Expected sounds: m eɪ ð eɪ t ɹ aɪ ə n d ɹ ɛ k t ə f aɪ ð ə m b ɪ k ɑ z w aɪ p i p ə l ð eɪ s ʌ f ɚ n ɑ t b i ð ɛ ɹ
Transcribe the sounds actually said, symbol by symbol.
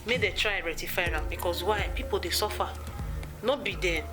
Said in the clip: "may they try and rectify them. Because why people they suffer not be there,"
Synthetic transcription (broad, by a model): m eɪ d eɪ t ɹ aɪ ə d ɹ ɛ t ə f aɪ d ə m b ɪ k ɑ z w aɪ p i p ə l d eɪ s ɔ f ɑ n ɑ b i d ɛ